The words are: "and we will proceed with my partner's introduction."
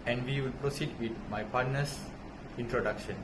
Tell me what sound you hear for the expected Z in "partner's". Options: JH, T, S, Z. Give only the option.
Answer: S